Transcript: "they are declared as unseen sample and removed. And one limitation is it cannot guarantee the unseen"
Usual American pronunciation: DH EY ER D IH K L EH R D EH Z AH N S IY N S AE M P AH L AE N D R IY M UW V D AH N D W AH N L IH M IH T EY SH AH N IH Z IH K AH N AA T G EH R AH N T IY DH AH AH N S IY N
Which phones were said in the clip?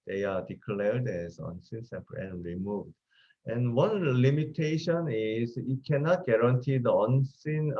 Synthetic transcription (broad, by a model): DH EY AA D IH K L EH R D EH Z AH N S IY N S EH P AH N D R IY M UW V D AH N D W AH N L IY M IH T EY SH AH N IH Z IH K AH N AA T G EH R AH N T IY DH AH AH N S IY N